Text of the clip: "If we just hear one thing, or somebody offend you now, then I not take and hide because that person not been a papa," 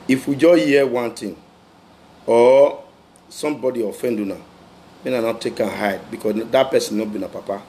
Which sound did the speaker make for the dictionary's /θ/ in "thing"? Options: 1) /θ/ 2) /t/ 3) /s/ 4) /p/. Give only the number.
2